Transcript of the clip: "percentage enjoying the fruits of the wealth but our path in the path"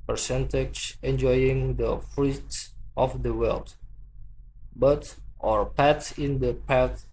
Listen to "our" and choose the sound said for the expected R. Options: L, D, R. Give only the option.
R